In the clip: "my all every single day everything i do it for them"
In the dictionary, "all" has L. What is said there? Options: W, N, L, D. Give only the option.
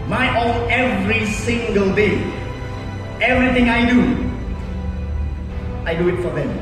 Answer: N